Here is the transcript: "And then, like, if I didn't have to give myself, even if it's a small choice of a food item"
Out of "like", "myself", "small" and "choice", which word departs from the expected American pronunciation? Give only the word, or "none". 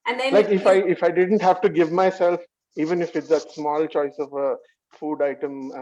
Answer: like